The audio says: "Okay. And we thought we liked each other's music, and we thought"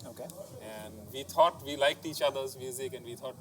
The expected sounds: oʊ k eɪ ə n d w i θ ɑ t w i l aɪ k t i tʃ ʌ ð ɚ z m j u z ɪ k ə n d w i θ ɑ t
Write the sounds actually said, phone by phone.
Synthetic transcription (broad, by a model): oʊ k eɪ ə n d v i t ɑ t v i l aɪ k t i tʃ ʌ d ɚ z m j u z ɪ k ə n d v i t ɑ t